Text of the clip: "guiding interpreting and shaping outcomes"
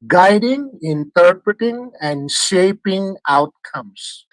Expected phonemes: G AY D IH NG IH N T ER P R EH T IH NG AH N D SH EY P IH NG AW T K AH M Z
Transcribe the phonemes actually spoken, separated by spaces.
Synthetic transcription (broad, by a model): G AY D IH NG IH N T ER P R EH T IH NG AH N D SH EY P IH NG AW T K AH M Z